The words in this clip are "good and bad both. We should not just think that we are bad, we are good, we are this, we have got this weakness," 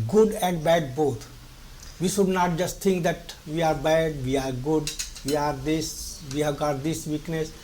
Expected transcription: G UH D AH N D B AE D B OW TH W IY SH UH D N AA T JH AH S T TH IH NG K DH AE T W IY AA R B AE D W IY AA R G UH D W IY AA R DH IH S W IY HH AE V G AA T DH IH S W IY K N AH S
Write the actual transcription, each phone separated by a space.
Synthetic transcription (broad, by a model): G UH D AH N D B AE D B OW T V IY SH UH D N AA T JH AH S T T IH NG K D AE T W IY AA R B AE D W IY AA R G UH D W IY AA R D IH S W IY HH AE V G AA T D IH S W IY K N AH S